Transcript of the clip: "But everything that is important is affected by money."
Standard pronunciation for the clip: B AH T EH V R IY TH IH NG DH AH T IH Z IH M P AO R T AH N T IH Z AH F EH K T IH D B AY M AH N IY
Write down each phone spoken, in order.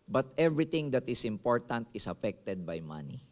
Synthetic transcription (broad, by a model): B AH T EH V R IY T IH NG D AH T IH S IH M P AO R T AH N T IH S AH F EH K T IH D B AY M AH N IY